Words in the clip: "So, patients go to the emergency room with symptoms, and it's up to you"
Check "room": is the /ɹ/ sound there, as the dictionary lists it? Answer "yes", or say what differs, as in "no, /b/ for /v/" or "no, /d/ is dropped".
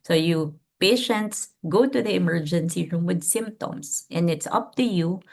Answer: yes